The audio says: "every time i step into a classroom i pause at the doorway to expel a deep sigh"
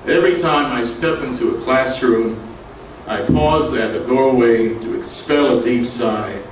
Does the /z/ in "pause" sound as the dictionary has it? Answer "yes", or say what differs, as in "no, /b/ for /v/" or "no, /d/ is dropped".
yes